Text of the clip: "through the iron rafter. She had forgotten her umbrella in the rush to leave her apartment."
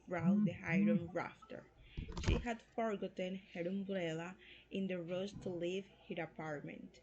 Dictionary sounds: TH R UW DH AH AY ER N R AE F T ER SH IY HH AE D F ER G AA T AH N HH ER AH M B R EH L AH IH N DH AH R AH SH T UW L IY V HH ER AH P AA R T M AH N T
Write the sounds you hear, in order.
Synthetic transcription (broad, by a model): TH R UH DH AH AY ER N R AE F T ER SH IY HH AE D F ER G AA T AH N HH ER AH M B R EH L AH IH N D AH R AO S T UW L IY V HH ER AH P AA R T M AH N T